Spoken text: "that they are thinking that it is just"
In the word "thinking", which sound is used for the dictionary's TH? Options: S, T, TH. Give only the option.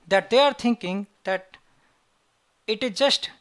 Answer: T